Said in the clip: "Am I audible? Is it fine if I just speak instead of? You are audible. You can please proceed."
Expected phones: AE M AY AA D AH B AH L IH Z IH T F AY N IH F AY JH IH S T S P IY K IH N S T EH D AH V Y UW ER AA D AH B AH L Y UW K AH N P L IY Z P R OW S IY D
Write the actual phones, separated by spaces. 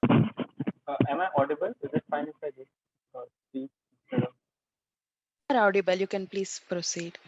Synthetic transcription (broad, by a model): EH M AY AA D AH B AH L IH Z IH T F AY N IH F AY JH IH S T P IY IH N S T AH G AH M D AA D AH B AH L Y UW K AH N P L IY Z P R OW S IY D